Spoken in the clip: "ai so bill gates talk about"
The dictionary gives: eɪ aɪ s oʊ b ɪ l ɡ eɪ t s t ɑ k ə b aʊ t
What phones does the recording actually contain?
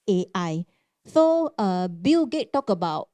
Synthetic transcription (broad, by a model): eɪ aɪ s oʊ b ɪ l ɡ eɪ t t ɑ k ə b aʊ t